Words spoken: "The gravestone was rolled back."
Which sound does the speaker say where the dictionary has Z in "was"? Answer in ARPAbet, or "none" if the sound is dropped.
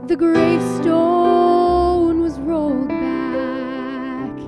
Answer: Z